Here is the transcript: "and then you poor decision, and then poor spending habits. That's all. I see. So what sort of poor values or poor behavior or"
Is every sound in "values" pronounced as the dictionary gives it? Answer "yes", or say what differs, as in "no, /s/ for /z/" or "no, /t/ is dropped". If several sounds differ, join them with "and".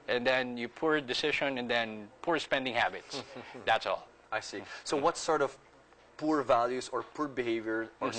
no, /s/ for /z/